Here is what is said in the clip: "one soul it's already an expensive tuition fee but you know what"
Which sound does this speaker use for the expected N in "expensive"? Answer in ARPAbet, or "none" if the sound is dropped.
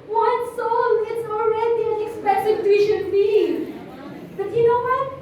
none